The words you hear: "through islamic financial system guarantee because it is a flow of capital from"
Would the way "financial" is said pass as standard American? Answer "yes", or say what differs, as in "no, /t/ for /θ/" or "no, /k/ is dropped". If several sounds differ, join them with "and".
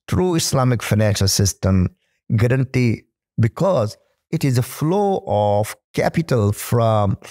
yes